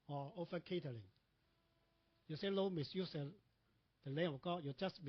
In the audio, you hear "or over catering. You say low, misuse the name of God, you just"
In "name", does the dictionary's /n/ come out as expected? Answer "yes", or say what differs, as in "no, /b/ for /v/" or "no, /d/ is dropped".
no, /l/ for /n/